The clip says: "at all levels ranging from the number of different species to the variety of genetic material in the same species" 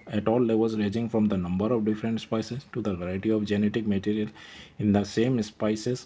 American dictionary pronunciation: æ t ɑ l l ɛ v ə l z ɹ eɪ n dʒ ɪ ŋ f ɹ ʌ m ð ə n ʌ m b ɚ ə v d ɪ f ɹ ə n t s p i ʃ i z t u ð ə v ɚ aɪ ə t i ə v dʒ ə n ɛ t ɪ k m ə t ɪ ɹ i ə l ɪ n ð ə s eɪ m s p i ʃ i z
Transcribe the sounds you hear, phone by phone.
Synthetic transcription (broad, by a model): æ t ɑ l l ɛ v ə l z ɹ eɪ dʒ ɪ ŋ f ɹ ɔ m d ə n ʌ m b ɚ ə v d ɪ f ɹ ə n t s p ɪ s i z t u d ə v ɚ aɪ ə t i ə v dʒ ə n ɛ t ɪ k m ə t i ɹ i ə l ɪ n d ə s eɪ m s p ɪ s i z